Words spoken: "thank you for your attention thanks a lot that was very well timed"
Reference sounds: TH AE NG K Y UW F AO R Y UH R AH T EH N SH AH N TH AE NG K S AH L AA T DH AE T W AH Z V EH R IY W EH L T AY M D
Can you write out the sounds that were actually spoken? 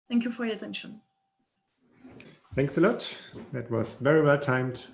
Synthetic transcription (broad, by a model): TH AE NG K Y UW F AO R Y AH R AH T EH N SH AH N TH AE NG K S AH L AA T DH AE T W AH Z V EH R IY W EH L T AY M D